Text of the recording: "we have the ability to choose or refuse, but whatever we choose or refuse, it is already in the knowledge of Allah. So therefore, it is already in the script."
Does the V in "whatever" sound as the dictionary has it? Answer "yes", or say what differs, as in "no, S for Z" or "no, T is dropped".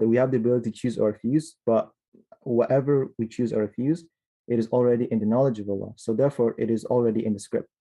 yes